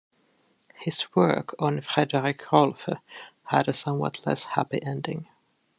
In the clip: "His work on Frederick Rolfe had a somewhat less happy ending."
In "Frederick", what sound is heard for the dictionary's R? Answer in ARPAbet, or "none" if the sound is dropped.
R